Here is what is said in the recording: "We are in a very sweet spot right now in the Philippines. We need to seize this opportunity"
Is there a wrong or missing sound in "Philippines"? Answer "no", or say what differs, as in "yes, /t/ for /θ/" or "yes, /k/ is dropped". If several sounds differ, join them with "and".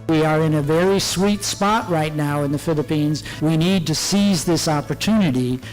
no